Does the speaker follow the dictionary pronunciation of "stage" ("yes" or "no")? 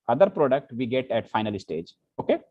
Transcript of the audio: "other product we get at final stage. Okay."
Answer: yes